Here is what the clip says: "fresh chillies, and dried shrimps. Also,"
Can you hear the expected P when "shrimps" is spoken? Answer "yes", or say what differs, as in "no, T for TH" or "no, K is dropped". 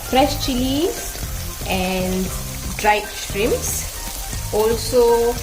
no, P is dropped